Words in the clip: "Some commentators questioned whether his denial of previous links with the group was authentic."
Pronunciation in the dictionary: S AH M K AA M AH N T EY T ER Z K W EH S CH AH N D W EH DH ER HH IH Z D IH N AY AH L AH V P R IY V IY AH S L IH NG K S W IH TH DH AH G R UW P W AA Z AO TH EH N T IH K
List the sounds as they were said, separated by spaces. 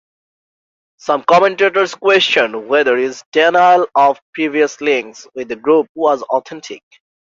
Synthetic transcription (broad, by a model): S AH M K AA M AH N T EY T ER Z K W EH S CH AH N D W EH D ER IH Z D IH N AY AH L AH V P R IY V IY AH S L IH NG K S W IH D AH G R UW P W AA Z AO T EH N T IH K